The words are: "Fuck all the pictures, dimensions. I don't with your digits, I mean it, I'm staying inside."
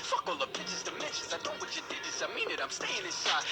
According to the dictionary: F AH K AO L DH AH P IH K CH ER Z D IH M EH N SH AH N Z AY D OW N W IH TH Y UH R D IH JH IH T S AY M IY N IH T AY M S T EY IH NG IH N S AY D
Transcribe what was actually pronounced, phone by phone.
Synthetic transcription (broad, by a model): F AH K AO L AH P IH CH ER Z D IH M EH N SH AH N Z AY D OW N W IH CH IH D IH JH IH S AY M IY N IH T AY M S T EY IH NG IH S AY